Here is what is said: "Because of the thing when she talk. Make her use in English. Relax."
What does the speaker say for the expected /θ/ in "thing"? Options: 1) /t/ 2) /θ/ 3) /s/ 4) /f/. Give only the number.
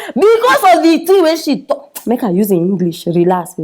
1